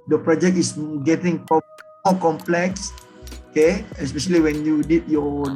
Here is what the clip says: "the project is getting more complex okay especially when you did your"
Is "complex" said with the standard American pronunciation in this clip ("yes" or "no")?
yes